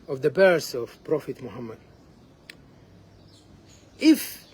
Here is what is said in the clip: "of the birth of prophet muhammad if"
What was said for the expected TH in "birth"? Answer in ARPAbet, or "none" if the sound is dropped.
S